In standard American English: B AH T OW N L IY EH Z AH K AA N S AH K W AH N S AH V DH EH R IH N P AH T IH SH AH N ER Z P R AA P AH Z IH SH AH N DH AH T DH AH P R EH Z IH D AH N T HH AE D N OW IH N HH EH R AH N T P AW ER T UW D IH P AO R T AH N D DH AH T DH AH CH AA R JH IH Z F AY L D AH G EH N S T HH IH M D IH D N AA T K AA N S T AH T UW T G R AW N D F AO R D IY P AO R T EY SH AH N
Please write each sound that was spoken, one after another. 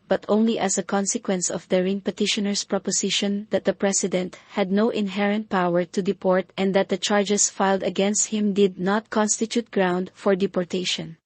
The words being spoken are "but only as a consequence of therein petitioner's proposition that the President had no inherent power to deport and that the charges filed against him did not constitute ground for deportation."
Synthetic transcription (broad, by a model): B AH T OW N L IY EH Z AH K AA N S AH K W AH N S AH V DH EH R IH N P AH T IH SH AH N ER S P R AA P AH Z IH SH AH N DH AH T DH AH P R EH S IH D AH N T HH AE D N OW IH N HH EH R AH N T P AW ER T UW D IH P AO R T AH N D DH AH T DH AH CH AA R JH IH S F AY L D AH G EH N S T HH IH M D IH D N AA T K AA N S T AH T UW T G R AW N D F AO R D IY P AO R T EY SH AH N